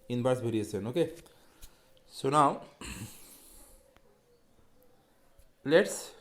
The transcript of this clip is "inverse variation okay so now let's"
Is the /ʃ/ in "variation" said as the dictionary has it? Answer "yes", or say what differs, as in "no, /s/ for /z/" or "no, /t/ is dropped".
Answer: no, /s/ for /ʃ/